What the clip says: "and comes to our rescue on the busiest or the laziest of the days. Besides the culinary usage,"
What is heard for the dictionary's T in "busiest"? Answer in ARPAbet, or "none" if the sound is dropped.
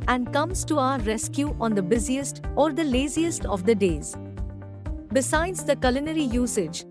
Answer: T